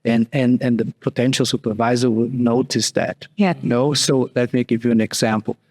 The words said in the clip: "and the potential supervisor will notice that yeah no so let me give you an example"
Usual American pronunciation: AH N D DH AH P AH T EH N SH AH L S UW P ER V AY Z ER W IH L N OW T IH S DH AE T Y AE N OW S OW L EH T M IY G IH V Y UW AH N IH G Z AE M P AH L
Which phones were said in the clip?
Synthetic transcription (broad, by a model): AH N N DH AH P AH T EH N SH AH L S UW P ER V AY Z ER W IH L N OW T IH S DH AE T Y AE N OW S OW L EH T M IY G IH V Y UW AH N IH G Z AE M P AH L